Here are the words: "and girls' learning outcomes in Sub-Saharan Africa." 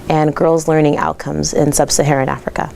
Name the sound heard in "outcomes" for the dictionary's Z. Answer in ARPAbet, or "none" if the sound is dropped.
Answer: Z